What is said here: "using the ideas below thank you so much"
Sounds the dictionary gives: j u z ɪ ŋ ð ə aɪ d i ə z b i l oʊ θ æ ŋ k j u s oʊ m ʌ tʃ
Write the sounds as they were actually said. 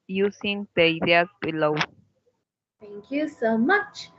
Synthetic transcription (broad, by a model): j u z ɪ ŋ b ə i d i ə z b i l oʊ t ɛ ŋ k j u s oʊ m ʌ tʃ